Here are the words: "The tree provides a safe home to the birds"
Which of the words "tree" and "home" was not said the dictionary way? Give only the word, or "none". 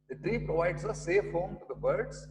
none